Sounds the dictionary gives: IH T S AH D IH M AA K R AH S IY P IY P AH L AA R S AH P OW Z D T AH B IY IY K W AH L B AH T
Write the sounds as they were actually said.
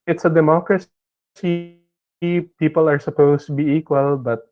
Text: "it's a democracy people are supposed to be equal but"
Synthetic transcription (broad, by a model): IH T S AH D IH M AA K R AH S IY P IY P AH L AA R S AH P OW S T AH B IY IY K W AH L B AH T